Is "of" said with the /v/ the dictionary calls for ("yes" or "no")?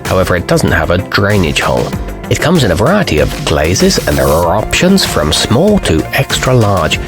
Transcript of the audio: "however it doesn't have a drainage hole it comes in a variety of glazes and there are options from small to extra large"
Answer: yes